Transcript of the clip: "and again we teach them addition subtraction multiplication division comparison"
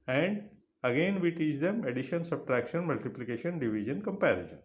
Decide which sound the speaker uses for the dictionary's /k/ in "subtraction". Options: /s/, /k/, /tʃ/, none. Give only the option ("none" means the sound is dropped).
/k/